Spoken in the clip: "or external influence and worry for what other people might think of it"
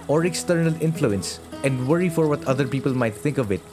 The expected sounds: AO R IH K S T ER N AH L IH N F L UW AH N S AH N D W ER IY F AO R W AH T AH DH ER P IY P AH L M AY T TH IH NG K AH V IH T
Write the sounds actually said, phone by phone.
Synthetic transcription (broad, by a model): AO R IH K S T ER N AH L IH N F L UW AH N S AH N D W ER IY F AO R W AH T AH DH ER P IY P AH L M AY T TH IH NG K AH V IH T